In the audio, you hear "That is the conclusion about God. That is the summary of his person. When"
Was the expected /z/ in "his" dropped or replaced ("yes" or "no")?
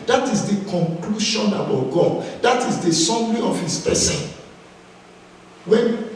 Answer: yes